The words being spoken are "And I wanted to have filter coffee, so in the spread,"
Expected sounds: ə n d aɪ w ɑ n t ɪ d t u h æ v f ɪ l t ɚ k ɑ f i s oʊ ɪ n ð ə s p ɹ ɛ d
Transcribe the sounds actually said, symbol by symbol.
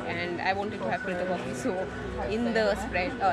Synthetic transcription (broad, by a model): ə n d aɪ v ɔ n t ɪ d t u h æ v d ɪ t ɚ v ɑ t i s oʊ ɪ n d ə s p ɹ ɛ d